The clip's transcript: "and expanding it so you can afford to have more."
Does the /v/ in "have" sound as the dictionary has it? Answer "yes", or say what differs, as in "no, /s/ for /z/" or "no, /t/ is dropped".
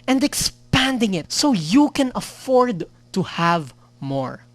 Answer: yes